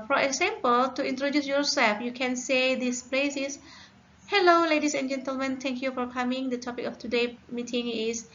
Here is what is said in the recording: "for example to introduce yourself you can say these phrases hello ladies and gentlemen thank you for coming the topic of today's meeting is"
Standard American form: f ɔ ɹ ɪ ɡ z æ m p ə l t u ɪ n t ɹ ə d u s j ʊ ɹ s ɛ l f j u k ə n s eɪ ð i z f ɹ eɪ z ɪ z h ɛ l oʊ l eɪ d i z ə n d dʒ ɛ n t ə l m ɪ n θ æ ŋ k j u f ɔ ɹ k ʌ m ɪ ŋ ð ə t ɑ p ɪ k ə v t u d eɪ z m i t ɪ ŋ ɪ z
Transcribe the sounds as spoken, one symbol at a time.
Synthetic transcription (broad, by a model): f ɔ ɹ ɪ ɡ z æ m p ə l t u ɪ n t ɹ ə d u s j ʊ ɹ s ɛ l f j u k ə n s eɪ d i s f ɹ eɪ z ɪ s h ɛ l oʊ l eɪ d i s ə n dʒ ɛ n t ə l m ɪ n t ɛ ŋ k j u f ɔ ɹ k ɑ m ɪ ŋ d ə t ɑ p ɪ k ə f t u d eɪ m i t ɪ ŋ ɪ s